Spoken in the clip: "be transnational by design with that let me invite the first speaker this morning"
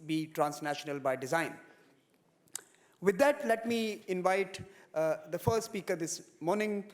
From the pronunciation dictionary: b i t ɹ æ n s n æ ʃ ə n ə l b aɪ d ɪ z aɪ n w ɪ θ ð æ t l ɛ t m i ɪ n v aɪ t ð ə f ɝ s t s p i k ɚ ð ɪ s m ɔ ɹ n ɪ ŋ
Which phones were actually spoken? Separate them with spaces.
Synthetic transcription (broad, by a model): b i t ɹ æ n s n æ ʃ ə n ə l b aɪ d ɪ z aɪ n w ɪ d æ t l ɛ t m i ɪ n v aɪ t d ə f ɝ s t s p i k ɚ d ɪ s m ɔ ɹ n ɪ ŋ